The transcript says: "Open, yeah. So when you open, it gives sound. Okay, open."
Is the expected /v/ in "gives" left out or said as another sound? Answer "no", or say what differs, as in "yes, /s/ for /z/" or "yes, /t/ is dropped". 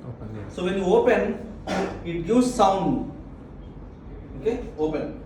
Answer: yes, /v/ is dropped